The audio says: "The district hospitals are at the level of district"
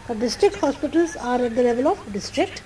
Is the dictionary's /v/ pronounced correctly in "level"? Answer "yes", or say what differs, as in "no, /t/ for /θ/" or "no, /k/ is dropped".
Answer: yes